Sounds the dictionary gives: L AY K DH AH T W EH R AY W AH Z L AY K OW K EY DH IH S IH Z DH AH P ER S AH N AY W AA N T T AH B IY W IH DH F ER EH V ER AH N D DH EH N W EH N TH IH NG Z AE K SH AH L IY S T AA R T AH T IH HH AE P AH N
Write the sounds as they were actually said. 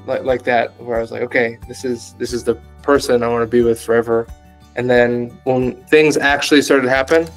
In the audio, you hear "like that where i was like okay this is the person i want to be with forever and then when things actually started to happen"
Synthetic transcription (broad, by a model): L AY K DH AH T W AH R AY W AH Z L AY K OW K EY DH IH S IH Z DH AH P ER S AH N AY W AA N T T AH B IY W IH DH F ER EH V ER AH N DH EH N W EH N TH IH NG Z AE K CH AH L IY S T AA R T AH T IH HH AE P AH N